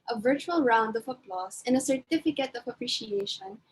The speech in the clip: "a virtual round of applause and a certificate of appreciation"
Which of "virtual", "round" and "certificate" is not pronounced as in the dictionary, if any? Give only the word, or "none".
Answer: none